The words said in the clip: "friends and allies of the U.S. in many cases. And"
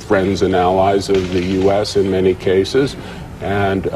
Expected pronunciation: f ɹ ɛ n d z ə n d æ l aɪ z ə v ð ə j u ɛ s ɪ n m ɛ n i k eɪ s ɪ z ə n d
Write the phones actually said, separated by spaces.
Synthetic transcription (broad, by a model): f ɹ ɛ n d z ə n æ l aɪ z ə v ð ə j u ɛ s ɪ n m ɛ n i k eɪ s ɪ z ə n